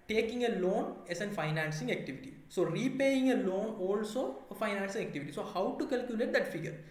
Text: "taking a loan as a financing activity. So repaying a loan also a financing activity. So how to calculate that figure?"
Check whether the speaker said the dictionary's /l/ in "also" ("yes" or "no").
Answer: yes